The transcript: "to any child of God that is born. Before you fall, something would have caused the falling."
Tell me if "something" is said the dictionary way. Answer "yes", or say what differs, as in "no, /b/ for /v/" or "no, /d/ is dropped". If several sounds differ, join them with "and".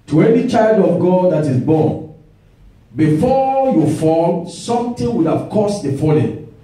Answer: no, /t/ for /θ/